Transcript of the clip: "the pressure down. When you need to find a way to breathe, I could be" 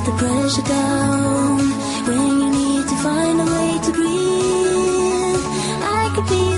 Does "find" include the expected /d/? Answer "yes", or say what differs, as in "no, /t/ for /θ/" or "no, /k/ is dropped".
yes